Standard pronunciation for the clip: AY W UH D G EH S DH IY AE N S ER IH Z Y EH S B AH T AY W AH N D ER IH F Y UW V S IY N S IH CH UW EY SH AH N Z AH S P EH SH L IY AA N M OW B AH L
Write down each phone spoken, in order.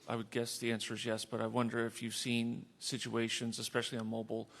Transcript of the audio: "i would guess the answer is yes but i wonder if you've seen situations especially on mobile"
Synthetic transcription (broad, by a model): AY W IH D G EH S DH IY AE N S ER Z Y EH S B AH T AY W AH N D ER IH F Y UW V S IY N S IH CH UW EY SH AH N Z AH S P EH SH L IY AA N M OW B L